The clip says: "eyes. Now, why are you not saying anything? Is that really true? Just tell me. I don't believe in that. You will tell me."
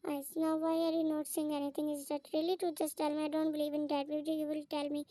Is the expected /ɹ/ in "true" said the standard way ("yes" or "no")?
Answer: no